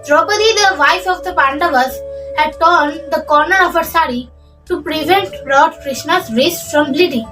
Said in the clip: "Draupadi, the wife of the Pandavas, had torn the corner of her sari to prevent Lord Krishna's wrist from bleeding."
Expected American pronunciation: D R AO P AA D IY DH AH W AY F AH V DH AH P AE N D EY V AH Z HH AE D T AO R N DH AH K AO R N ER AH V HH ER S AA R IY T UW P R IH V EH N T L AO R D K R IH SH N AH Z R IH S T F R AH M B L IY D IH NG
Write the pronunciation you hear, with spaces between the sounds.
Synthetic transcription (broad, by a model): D R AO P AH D IY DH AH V AY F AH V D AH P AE N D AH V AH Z HH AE D T AO R N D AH K AO R N ER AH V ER S AA R IY T UW P R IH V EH N T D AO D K R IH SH N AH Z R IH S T F R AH M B L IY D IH